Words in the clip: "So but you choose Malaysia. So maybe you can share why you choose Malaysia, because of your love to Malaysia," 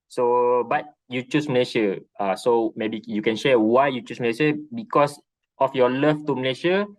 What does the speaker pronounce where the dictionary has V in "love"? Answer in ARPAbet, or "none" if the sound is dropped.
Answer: F